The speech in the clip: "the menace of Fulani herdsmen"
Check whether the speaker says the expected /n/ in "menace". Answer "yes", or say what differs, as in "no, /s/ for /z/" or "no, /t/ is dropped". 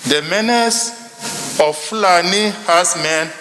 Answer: yes